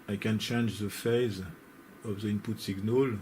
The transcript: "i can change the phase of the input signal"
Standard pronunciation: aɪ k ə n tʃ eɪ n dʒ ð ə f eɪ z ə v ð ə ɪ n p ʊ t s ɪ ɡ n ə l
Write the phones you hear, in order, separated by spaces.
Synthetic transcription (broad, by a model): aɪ k ə n tʃ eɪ n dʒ ð ə f eɪ z ə v ð ə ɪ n p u t s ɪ ɡ n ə l